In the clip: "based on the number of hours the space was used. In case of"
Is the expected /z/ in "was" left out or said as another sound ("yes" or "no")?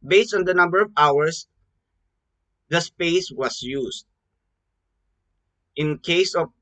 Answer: yes